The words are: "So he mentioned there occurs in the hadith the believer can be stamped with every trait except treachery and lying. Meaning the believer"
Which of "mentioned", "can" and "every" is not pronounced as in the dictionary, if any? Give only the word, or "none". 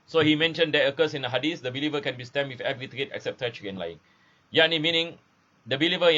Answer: none